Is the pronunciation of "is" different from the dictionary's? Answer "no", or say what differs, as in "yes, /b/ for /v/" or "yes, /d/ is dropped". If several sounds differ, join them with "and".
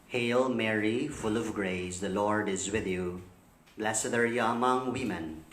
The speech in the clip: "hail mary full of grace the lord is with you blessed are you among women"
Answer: no